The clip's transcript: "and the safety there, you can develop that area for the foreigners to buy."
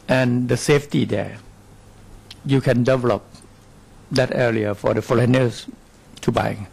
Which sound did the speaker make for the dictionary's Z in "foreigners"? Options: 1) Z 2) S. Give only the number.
2